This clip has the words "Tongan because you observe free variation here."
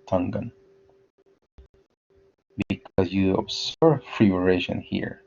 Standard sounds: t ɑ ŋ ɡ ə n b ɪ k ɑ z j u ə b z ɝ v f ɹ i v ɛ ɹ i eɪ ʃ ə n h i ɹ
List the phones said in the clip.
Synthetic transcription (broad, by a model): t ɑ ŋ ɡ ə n b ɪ k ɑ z j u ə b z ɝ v f ɹ i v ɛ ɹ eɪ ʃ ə n h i ɹ